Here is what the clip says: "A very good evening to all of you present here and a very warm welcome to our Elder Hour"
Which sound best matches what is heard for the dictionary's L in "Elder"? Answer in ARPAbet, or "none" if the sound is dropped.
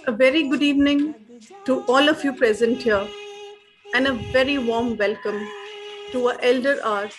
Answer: L